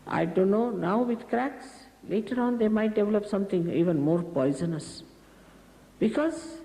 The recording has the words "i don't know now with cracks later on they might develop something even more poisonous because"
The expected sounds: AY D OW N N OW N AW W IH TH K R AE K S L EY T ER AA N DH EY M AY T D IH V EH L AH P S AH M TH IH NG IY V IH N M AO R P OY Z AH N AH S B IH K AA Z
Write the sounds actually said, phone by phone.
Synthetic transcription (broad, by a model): AY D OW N N OW N AW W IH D K R AE K S L EY T ER AA N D EY M AY T D IH V EH L AH P S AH M T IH NG IY V IH N M AO R P OY Z AH N AH S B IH K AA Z